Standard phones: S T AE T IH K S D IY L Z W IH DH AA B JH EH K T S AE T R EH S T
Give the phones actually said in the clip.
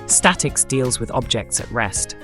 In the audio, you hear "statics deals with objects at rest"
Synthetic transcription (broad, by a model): S T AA T IH K S D IY L Z W IH DH AA B JH EH K T S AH T R EH S T